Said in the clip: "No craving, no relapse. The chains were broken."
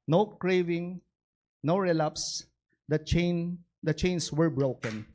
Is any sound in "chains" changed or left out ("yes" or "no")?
yes